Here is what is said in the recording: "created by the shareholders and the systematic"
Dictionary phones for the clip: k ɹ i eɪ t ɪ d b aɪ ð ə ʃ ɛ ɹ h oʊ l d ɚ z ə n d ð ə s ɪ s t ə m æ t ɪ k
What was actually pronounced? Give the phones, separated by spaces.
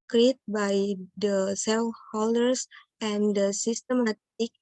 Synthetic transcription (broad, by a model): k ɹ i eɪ t b aɪ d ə s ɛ l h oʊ l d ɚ s ə n d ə s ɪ s t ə m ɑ t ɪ k